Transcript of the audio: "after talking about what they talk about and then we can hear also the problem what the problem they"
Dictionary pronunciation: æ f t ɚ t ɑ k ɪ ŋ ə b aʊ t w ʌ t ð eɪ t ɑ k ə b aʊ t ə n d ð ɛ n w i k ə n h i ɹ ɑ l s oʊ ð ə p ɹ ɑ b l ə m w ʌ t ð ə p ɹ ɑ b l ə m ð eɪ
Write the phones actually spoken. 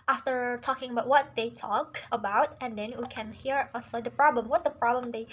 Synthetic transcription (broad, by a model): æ f t ɚ t ɑ k ɪ ŋ ə b aʊ t w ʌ t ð eɪ t ɑ k ə b aʊ t ə n d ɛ n w i k ə n h i ɹ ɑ s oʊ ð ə p ɹ ɑ b l ə m w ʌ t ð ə p ɹ ɑ b l ə m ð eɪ